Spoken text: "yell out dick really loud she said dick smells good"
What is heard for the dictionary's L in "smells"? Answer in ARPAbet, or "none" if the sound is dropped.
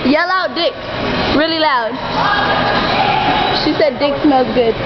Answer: none